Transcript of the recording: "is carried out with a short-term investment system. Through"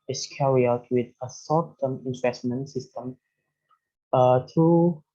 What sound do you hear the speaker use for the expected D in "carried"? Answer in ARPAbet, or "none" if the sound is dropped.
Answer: none